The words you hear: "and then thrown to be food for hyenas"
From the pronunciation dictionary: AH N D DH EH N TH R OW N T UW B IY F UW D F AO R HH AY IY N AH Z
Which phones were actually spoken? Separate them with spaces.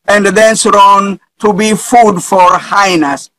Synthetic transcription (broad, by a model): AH N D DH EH N S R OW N T UW B IY F UW D F AO R HH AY N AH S